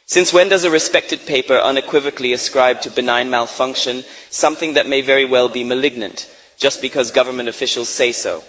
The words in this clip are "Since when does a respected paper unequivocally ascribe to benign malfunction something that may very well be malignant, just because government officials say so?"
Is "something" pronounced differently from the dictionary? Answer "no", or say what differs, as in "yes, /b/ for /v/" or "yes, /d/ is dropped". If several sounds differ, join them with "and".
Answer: no